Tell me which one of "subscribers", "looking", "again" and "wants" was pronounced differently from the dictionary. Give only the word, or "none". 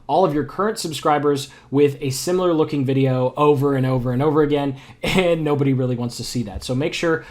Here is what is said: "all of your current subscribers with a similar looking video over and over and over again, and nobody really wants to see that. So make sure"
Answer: none